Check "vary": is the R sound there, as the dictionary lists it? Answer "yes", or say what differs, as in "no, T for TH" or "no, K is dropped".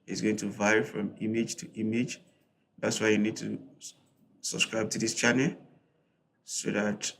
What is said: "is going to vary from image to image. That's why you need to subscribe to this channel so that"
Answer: no, R is dropped